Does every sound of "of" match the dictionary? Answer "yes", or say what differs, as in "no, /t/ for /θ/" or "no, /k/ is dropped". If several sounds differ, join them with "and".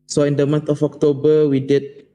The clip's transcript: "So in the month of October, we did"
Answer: no, /f/ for /v/